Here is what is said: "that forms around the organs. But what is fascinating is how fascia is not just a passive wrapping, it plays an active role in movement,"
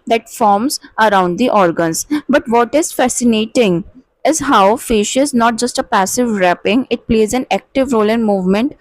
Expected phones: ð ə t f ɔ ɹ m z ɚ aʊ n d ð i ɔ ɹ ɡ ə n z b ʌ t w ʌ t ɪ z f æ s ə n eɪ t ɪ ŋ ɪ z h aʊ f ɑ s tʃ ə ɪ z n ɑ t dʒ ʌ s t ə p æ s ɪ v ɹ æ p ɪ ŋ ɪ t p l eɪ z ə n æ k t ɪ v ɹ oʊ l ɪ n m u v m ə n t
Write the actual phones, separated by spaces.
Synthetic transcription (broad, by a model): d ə t f ɔ ɹ m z ɚ aʊ n d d i ɔ ɹ ɡ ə n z b ʌ t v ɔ t ɪ z f æ s ə n eɪ t ɪ ŋ ɪ z h aʊ f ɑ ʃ ɪ z n ɑ t dʒ ʌ s t ə p æ s ɪ v ɹ æ p ɪ ŋ ɪ t p l eɪ z ə n æ k t ɪ v ɹ oʊ l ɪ n m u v m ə n t